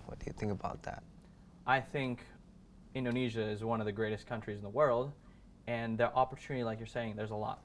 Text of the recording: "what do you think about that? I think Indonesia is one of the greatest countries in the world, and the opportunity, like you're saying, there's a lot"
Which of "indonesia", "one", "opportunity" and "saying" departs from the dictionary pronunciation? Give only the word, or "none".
none